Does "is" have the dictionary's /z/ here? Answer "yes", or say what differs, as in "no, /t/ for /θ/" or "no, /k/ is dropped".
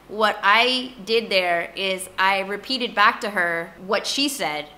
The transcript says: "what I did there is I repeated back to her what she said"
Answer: yes